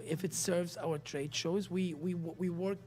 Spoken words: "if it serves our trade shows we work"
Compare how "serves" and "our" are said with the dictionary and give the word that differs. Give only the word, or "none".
none